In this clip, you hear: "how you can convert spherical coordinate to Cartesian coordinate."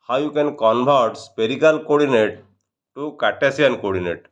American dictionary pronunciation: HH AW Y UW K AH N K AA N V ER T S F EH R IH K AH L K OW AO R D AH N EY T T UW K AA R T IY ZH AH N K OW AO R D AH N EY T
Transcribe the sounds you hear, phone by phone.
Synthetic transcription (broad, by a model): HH AW Y UW K AH N K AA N B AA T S P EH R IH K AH L K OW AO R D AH N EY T T UW K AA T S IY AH N K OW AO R D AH N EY T